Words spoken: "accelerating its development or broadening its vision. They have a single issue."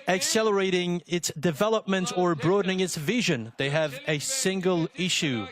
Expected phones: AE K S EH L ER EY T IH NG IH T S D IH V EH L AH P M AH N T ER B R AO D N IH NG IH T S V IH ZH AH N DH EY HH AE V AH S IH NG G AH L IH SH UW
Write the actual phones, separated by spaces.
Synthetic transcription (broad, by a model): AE K S EH L ER EY T IH NG IH T S D IH V EH L AH P M AH N T ER B R AO D N IH NG IH T S V IH ZH AH N DH EY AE V AH S IH NG G AH L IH SH UW